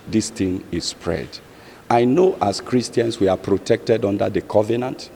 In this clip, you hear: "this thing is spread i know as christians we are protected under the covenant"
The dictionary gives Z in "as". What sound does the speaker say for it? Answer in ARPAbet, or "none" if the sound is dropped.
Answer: S